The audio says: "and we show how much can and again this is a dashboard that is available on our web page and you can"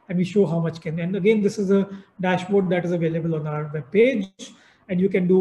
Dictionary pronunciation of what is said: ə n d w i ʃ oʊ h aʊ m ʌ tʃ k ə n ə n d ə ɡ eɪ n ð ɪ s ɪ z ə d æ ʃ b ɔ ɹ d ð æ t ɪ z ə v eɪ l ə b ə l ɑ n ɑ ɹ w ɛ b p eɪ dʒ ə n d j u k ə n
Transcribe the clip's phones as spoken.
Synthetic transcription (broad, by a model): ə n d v i ʃ oʊ h aʊ m ʌ tʃ k ə n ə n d ə ɡ eɪ n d ɪ s ɪ z ə d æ ʃ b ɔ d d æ t ɪ z ə v eɪ l ə b ə l ɑ n ɑ ɹ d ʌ p eɪ dʒ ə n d j u k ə n